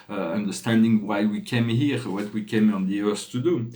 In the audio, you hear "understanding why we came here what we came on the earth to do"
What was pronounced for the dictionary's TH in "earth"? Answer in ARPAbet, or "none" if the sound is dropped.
S